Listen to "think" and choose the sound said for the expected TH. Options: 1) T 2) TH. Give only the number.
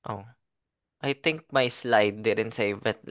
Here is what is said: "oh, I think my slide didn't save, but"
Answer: 1